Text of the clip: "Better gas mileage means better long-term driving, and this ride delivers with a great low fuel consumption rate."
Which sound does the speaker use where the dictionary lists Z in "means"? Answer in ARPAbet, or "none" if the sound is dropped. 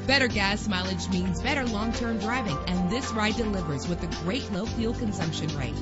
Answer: Z